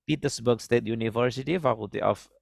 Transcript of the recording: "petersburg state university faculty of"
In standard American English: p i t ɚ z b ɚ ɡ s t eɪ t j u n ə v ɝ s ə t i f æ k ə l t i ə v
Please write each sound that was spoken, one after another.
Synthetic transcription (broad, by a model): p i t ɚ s b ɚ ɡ s t eɪ t j u n ə v ɝ s ə t i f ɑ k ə t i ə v